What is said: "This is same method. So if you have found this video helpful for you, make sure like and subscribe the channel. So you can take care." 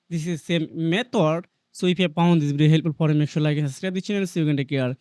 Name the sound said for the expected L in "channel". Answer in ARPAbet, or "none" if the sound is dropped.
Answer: N